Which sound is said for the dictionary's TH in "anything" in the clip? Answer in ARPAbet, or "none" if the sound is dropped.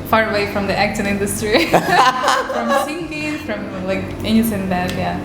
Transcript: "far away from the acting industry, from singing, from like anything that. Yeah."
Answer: S